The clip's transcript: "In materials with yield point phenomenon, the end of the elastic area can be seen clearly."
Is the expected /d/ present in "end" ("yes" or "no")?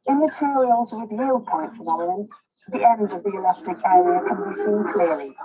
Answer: yes